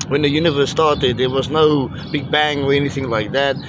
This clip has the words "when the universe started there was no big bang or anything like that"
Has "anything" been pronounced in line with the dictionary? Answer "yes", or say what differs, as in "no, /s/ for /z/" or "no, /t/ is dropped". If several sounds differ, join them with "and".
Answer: yes